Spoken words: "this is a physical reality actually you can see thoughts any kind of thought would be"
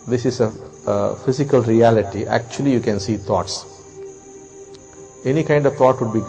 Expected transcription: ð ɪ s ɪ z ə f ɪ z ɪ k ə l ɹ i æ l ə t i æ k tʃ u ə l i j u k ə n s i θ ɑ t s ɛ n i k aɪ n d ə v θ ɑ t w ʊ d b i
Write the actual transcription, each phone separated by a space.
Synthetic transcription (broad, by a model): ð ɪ s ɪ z ə f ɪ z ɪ k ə l ɹ i æ l ə t i æ k tʃ u ə l i j u k ə n s i t ɑ t s ɛ n i k aɪ n d ə v t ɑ t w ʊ d b i